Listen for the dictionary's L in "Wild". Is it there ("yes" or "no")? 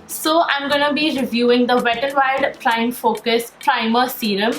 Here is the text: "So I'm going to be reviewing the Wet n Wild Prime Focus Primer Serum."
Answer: no